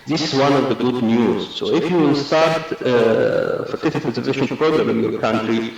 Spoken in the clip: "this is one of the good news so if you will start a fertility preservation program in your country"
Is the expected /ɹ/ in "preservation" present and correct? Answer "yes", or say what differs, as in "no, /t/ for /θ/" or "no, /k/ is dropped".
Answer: no, /ɹ/ is dropped